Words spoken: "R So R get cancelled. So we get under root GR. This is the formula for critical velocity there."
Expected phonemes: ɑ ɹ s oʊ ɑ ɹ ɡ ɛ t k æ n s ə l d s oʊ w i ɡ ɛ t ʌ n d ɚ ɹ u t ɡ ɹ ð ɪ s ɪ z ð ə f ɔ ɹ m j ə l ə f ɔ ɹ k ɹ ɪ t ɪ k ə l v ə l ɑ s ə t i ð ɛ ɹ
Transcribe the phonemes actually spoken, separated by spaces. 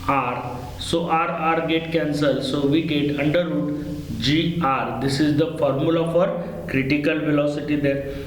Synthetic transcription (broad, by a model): ɑ ɹ s oʊ ɑ ɹ ɡ ɛ t k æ n s ə l s oʊ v i ɡ ɛ t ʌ n d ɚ ɹ u t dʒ ɹ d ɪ s ɪ z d ə f ɔ ɹ m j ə l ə f ɔ ɹ k ɹ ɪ t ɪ k ə l v ə l ɑ s ə t i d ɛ ɹ